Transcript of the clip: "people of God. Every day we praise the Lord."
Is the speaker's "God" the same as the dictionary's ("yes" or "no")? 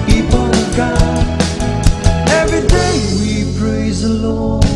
no